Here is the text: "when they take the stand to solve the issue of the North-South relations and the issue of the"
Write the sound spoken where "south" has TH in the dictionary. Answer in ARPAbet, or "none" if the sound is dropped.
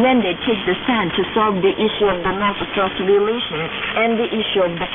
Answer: S